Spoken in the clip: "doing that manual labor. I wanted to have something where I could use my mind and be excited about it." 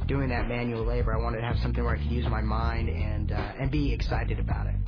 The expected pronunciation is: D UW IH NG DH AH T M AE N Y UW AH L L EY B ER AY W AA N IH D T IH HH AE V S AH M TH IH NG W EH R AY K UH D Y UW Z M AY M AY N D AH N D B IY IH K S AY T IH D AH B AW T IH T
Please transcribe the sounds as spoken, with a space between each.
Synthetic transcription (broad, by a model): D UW IH NG DH AH T M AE N Y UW L L EY B ER AY W AA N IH T IH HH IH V S AH M TH IH NG W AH R AY K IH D Y UW Z M AY M AY N D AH N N B IY IH K S AY T IH D AH B AW T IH T